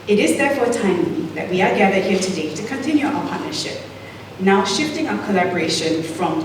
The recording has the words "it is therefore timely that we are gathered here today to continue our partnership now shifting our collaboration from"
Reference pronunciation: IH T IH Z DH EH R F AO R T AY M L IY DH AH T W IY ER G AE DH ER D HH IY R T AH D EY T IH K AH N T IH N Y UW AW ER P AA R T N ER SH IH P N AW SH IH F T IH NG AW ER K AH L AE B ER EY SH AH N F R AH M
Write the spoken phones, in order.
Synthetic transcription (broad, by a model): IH T IH Z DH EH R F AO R T AY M IY DH AH T W IY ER G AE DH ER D HH IY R T AH D EY T IH K AH N T IH N Y UW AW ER P AA R T N ER SH IH P N AW SH IH F T IH NG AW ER K AH L AE B ER EY SH AH N F R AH M